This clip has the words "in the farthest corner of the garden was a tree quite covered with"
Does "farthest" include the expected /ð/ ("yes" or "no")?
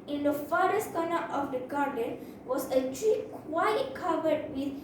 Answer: no